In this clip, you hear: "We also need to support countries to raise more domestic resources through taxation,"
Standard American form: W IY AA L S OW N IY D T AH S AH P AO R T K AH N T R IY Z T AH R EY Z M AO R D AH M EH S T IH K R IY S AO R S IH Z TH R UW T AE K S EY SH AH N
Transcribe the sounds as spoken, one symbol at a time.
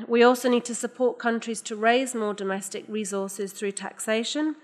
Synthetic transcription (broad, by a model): W IY AA L S OW N IY D T AH S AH P AO T K AH N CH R IY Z T AH R EY Z M AO D AH M EH S T IH K R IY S AO S IH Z TH R UW T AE K S EY SH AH N